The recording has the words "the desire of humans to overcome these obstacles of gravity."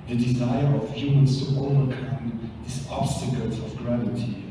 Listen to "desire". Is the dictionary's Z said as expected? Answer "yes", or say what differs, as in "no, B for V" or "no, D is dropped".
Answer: yes